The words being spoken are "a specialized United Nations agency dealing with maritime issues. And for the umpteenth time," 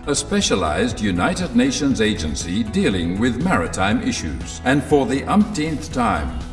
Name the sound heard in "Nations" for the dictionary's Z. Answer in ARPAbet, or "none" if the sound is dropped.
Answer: Z